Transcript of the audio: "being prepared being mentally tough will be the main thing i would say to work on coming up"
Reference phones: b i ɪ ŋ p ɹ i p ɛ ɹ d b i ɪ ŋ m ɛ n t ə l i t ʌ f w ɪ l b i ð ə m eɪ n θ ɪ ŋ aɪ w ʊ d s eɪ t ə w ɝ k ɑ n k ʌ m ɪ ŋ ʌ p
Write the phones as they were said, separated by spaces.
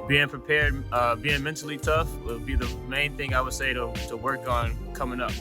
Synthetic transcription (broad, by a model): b i ɪ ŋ p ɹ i p ɛ ɹ d b i ɪ ŋ m ɛ n t l i t ʌ f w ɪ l b i ð ə m eɪ n θ ɪ ŋ aɪ w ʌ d s eɪ t ə w ɝ k n k ʌ m ɪ ŋ ʌ p